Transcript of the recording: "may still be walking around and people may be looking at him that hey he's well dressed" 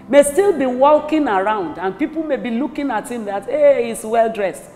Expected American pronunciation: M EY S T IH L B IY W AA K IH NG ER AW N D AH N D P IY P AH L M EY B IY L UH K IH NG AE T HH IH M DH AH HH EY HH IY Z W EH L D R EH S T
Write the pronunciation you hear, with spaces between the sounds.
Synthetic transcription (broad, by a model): M EY S T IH L B IY W AA K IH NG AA AW N D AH N P IY P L M EY B IY L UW K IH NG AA T HH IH M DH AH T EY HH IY S W EH L D R EH S T